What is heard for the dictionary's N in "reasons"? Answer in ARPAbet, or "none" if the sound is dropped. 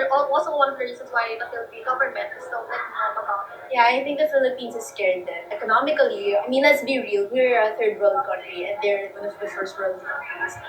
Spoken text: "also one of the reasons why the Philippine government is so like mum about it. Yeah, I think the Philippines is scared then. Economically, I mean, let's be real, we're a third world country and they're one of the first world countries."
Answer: none